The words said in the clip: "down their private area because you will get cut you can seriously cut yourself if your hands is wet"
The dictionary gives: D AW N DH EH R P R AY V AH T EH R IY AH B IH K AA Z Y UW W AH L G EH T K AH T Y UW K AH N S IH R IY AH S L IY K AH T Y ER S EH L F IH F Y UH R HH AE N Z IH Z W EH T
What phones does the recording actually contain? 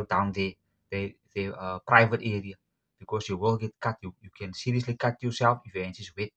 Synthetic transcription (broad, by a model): D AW N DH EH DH P R AY V AH T EH R IY AH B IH K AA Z Y UW W AH L G EH T K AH T Y UW K AH N S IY R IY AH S L IY K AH T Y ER S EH L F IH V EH N S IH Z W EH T